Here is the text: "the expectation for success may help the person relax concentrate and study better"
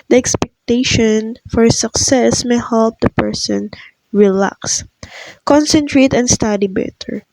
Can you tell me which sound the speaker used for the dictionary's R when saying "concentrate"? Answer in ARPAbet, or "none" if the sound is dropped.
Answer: R